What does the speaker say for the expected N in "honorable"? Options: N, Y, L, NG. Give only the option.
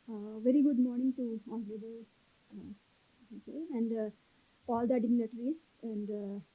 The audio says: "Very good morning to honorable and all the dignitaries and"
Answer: L